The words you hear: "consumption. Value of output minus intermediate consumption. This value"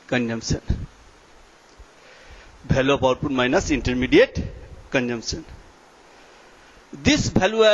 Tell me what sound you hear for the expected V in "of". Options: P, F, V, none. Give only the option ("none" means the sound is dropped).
P